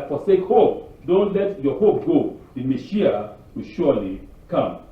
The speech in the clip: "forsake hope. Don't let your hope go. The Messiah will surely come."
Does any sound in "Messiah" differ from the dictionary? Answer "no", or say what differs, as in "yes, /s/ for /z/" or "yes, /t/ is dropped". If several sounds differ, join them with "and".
yes, /ʃ/ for /s/